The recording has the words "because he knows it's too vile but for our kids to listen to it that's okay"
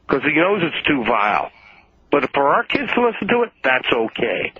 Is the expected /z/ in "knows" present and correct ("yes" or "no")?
yes